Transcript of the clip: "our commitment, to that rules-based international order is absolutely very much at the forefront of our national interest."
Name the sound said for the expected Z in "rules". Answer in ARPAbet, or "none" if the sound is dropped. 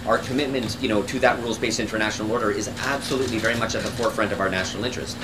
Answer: Z